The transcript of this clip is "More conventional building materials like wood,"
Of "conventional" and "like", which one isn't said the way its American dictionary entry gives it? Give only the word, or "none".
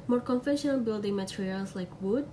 conventional